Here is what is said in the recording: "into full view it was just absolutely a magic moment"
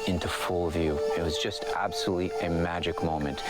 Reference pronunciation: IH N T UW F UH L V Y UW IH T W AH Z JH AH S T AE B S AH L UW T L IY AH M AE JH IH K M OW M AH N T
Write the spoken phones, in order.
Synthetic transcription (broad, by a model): IH N T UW F UH L V Y UW IH T W AH Z JH AH S T AE B S AH L UW T L IY AH M AE JH IH K M OW M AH N T